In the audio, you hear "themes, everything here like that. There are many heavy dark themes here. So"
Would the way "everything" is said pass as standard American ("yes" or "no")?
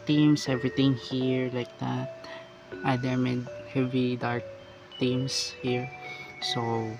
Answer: no